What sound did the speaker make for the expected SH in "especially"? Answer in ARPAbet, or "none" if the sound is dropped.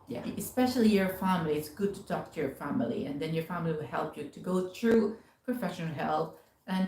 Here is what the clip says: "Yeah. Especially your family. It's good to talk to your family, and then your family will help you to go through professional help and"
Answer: SH